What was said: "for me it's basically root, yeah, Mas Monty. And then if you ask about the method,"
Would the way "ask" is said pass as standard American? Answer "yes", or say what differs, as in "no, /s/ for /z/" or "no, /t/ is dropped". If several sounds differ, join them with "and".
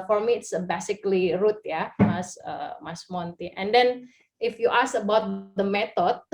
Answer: no, /k/ is dropped